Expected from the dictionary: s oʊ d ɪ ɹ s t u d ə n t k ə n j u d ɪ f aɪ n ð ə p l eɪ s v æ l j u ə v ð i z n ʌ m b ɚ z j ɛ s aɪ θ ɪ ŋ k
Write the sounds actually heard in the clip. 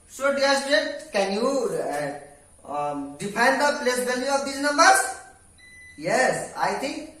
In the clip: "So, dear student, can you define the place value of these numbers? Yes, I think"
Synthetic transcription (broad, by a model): s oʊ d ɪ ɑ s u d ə t k ə n j u d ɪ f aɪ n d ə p l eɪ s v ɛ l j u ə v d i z n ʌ m b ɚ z j ɛ s aɪ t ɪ ŋ k